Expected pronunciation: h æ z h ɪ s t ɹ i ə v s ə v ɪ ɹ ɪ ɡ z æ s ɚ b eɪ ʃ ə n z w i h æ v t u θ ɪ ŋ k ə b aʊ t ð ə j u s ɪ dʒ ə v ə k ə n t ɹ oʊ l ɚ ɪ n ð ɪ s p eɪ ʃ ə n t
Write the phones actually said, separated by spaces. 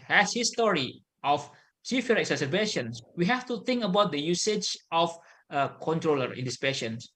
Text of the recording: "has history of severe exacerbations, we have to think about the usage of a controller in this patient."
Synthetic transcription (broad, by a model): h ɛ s h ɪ s t ɹ i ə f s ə f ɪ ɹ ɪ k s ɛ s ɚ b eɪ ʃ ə n s w i h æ f t u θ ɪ ŋ k ə b aʊ t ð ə j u s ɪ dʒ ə f ə k ə n t ɹ oʊ l ɚ ɪ n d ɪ s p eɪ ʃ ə n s